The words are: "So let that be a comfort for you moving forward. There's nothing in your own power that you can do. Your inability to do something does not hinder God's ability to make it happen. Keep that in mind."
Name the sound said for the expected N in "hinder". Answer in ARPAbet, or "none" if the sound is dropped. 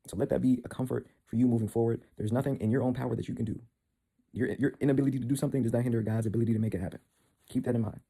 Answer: N